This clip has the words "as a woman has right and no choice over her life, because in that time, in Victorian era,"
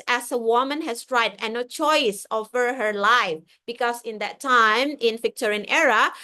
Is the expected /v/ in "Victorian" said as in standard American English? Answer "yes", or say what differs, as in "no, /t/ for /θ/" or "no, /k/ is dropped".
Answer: no, /f/ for /v/